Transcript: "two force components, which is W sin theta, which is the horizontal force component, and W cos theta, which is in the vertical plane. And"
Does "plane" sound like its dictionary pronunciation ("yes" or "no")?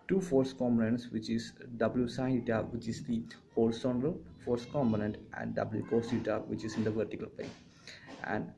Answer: no